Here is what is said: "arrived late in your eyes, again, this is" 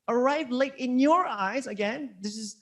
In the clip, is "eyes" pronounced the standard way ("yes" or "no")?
yes